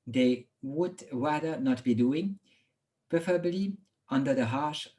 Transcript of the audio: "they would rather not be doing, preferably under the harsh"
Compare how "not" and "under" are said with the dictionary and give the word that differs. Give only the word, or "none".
none